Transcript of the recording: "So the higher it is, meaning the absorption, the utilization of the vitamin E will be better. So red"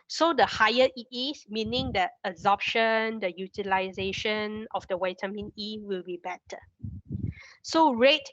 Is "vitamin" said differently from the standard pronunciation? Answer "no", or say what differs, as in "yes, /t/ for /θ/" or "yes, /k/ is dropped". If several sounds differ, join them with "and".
yes, /w/ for /v/